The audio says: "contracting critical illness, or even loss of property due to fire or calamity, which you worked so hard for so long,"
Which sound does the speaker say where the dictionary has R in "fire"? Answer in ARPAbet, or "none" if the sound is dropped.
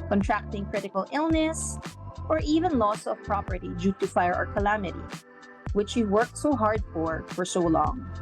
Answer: R